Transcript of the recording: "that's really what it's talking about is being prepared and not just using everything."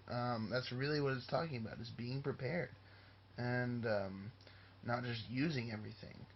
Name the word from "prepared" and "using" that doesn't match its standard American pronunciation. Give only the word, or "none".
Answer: none